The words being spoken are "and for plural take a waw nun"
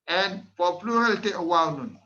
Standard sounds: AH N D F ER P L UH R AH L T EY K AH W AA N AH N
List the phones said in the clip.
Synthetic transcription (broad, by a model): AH N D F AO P L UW R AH L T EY AH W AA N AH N